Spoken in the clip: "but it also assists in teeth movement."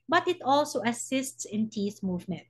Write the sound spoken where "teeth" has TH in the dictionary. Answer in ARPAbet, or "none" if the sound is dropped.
S